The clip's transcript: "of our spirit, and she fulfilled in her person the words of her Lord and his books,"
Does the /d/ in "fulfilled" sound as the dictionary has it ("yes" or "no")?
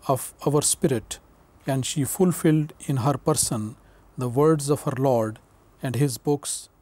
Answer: yes